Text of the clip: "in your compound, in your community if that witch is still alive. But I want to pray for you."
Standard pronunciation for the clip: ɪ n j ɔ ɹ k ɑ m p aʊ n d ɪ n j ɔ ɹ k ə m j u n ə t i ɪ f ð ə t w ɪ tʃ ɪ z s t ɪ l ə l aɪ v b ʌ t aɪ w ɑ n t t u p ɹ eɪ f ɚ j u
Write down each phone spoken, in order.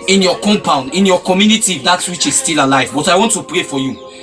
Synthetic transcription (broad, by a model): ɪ n j ɔ k ɑ m p aʊ n d ɪ n j ɔ k ə m j u n ə t i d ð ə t w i tʃ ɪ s t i l ə l aɪ v b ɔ t aɪ w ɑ n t t u p ɹ eɪ f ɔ j u